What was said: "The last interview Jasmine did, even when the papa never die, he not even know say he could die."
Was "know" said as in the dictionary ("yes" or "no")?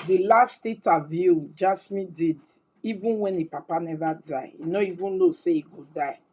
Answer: no